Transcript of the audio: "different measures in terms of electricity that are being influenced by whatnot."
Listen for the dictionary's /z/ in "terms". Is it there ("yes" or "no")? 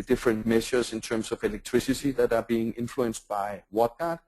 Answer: no